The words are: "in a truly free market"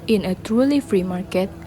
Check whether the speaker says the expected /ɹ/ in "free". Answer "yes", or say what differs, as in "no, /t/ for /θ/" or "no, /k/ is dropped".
yes